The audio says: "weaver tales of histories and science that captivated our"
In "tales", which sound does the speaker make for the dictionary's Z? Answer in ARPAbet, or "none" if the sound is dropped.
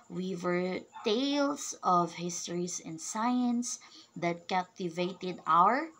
S